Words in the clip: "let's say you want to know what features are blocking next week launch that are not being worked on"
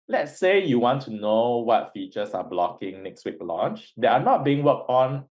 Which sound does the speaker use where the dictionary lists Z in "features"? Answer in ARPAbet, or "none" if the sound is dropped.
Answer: S